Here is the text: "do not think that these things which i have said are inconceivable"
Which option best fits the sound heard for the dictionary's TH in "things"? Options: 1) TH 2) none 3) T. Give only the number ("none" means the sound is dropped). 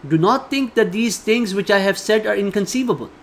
3